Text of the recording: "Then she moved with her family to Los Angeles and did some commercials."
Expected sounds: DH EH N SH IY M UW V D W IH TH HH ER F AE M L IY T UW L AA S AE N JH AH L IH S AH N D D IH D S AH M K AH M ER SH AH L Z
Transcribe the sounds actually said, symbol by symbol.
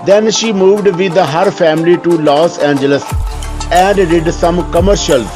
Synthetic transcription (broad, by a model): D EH N SH IY M UW V D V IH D HH ER F AE M L IY T UW L AA S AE N JH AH L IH S AH N D D IH D S AH M K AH M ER SH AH L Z